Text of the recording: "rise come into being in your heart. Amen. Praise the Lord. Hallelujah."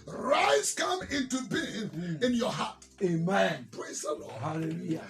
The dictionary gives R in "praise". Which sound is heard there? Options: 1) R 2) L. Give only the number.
1